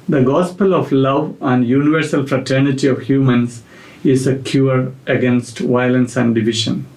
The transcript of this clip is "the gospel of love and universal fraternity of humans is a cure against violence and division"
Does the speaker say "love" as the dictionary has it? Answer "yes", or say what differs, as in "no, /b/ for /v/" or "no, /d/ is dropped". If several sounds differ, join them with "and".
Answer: yes